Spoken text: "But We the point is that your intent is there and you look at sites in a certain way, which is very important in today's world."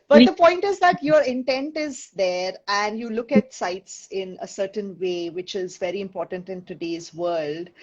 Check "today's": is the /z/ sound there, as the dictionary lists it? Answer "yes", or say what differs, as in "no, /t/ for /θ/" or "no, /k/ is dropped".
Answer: yes